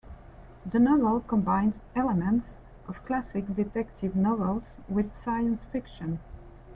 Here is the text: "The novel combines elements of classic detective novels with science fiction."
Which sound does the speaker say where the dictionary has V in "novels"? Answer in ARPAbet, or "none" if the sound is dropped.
V